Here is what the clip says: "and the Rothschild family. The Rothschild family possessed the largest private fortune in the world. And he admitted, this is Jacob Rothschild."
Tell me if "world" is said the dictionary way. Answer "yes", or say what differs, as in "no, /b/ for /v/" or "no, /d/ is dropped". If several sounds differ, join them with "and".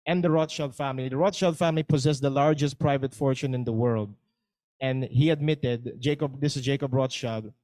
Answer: yes